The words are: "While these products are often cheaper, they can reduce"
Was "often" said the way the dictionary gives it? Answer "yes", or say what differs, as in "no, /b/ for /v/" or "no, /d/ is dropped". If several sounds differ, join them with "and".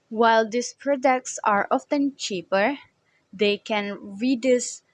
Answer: yes